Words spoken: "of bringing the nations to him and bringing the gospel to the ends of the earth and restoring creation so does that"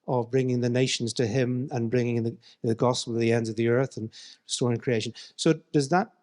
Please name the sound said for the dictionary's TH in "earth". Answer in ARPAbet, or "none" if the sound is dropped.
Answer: TH